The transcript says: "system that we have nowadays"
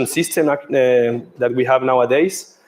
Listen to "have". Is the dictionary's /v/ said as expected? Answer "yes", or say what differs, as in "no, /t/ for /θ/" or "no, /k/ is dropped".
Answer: yes